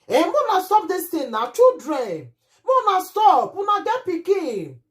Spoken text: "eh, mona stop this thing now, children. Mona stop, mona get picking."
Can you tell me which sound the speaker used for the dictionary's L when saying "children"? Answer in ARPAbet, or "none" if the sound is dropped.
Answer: none